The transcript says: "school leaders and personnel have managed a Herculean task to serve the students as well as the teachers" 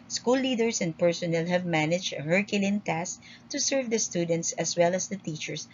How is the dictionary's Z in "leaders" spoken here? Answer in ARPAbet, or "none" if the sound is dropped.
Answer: S